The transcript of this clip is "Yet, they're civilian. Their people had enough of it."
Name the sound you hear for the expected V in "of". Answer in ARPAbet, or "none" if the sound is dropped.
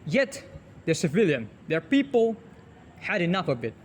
B